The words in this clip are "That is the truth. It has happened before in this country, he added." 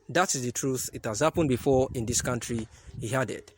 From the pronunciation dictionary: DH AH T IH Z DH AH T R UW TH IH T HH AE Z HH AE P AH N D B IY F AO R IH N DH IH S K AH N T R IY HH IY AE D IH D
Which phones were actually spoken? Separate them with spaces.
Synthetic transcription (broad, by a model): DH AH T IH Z DH AH T R UW TH IH T HH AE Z HH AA P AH N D B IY F AO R IH N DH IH S K AH N T R IY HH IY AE D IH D